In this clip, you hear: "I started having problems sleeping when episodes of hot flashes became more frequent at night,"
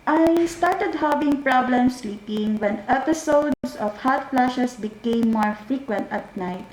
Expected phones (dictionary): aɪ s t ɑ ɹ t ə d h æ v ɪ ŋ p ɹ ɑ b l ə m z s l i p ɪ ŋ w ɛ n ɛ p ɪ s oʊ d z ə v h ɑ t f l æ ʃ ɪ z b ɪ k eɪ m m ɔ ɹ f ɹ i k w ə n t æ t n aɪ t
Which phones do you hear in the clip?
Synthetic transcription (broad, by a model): aɪ s t ɑ ɹ t ə d h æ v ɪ ŋ p ɹ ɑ b l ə m s l i p ɪ ŋ w ɛ n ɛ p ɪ s oʊ d s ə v h ɑ t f l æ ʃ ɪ s b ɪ k eɪ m m ɔ ɹ f ɹ i k w ə n t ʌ t n aɪ t